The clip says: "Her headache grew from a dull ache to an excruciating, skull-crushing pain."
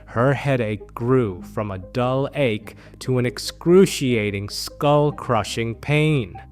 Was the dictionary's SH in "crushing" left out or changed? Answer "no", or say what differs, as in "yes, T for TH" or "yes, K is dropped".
no